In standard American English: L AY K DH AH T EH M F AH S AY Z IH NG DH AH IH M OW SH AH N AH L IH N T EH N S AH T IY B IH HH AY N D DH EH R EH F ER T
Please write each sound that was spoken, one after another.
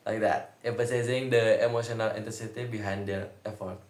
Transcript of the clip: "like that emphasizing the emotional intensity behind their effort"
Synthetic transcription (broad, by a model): L AY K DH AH T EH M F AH S AY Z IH NG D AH IH M OW SH AH N AH L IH N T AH S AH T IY B IH HH AY N D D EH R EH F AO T